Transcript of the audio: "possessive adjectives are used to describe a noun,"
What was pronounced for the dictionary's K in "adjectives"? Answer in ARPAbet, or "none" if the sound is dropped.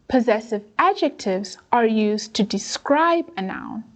K